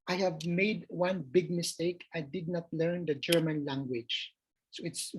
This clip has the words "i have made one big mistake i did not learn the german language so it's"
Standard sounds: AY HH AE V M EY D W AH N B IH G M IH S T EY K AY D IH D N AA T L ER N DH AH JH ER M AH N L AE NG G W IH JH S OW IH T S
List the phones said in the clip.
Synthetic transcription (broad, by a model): AY HH AE V M EY D W AH N B IH G M IH S T EY K AY D IH D N AA T L ER N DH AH JH ER M AH N L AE NG G W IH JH S OW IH T S